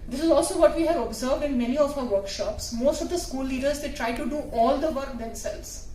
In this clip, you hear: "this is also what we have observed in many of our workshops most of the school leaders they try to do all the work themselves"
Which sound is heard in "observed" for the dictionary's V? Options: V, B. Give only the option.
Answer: V